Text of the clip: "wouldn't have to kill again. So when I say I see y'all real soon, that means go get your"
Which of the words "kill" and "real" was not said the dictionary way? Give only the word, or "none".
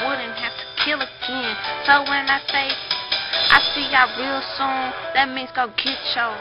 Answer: none